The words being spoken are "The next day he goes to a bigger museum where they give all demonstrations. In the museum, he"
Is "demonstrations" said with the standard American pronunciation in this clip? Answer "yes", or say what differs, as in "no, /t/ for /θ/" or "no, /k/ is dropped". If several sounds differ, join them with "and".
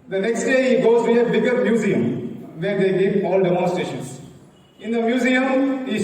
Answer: no, /ɹ/ is dropped